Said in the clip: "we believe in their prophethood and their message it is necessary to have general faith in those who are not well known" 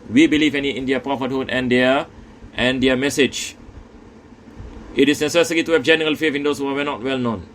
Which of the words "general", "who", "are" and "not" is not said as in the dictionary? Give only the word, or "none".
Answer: are